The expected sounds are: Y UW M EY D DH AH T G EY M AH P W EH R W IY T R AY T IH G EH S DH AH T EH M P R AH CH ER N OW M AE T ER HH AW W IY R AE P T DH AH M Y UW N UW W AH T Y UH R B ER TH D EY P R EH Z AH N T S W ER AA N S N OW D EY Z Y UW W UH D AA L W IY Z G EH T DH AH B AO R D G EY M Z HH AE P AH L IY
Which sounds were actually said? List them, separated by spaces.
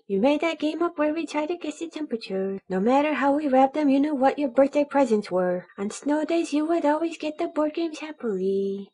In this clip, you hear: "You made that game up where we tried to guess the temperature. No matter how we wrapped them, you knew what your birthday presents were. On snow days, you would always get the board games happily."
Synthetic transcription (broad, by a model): Y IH M EY D DH AH T G EY M AH P W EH R W IY T R AY T IH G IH S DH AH T EH M P R AH CH ER N OW M AE T ER HH AW W IY R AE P DH AH M Y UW N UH W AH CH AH R B ER TH D EY P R EH Z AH N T S W ER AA N S N OW D EY Z Y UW W UH D AA L W IY Z G EH T DH AH B AO R D G EY M Z HH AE P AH L IY